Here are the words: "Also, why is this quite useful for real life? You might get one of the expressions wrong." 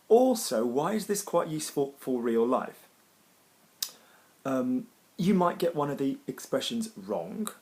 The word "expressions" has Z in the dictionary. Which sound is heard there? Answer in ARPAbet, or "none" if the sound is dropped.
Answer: Z